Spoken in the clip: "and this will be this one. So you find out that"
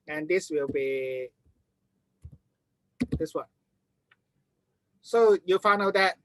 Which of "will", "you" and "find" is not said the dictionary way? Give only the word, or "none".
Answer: find